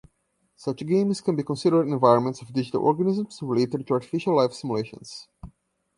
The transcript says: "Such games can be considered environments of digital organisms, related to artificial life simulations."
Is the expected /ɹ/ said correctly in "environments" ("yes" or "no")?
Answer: yes